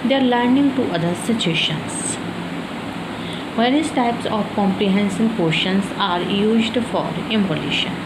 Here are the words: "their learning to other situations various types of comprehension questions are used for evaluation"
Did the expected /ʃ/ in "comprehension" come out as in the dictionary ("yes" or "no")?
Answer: no